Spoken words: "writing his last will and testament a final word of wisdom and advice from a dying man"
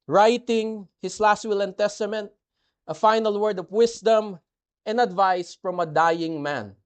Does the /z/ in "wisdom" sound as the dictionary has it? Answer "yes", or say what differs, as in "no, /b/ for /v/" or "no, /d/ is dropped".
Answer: no, /s/ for /z/